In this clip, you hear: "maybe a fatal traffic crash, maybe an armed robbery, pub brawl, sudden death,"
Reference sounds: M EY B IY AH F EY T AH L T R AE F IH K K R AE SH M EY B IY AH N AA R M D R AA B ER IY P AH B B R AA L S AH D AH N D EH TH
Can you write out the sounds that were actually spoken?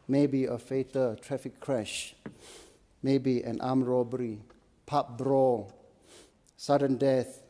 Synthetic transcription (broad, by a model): M EY B IY AH F EY T AH L T R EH F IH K K R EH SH M EY B IY AH N AA M R AA B ER IY P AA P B R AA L S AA D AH N D EH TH